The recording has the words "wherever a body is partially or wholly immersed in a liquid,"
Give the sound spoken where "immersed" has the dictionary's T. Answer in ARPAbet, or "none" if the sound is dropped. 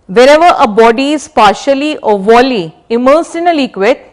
none